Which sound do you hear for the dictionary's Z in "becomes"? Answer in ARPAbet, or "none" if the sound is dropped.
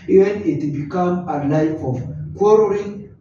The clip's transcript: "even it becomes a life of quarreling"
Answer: none